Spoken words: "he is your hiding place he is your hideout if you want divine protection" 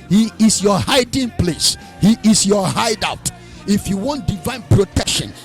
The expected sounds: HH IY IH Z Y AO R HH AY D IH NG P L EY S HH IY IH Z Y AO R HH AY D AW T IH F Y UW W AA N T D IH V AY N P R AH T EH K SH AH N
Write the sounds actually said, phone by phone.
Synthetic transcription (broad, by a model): HH IY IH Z Y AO HH AY D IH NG P L EY S HH IY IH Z Y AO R HH AY D AW T IH F Y UW W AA N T D IH V AY N P R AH T EH K SH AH N